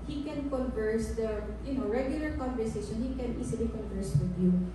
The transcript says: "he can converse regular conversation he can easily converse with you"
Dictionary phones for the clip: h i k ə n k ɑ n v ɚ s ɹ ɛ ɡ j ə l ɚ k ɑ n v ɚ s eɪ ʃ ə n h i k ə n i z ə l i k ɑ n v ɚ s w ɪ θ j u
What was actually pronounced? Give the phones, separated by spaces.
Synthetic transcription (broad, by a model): h i k ə n k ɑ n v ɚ s ɹ ɛ ɡ j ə l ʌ k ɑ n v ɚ s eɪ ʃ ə n h i k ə n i s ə l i k ɑ n v ɚ s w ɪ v j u